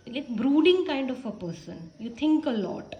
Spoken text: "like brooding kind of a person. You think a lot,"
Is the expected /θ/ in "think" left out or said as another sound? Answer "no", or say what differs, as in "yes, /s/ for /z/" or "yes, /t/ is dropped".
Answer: yes, /t/ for /θ/